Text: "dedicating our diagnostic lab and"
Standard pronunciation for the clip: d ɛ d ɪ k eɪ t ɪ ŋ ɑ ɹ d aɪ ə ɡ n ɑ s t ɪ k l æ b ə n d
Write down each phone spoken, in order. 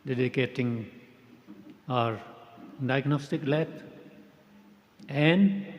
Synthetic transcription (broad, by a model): d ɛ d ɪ k eɪ t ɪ ŋ ɑ ɹ d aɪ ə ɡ n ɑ s t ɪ k l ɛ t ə n d